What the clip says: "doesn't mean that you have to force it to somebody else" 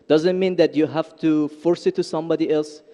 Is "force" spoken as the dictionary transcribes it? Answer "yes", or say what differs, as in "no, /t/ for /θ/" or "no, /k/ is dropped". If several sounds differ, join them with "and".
yes